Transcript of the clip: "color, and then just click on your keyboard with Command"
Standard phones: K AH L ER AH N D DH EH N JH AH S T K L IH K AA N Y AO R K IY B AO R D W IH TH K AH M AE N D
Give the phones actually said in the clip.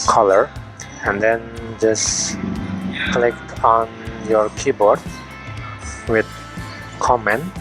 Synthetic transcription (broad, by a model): K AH L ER AH N D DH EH N JH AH S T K L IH K AA N Y AO R K IY B AO R D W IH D K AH M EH N